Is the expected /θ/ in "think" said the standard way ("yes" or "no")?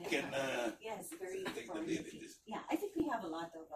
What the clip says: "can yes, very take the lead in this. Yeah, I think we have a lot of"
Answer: yes